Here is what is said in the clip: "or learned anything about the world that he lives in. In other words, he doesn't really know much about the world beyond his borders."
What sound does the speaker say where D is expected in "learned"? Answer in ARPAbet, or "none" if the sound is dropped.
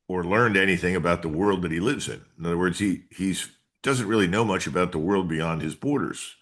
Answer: D